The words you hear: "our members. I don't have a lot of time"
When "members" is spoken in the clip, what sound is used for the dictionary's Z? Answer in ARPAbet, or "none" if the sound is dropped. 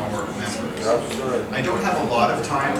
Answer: S